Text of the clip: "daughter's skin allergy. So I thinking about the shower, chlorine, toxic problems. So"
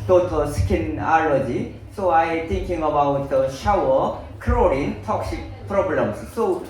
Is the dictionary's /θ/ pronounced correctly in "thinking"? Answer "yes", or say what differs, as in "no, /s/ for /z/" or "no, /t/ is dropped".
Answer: no, /t/ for /θ/